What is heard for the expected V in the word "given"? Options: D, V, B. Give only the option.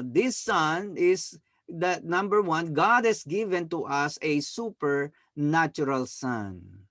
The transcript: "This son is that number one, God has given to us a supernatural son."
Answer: V